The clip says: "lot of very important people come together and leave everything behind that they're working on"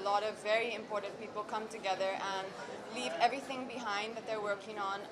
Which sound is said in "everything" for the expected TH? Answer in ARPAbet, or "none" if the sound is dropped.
TH